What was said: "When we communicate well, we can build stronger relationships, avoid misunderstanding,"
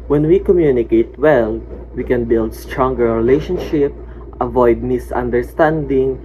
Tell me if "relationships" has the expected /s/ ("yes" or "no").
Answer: no